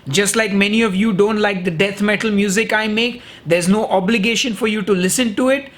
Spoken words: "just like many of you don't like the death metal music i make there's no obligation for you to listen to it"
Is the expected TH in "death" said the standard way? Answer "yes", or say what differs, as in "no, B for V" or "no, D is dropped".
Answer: no, T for TH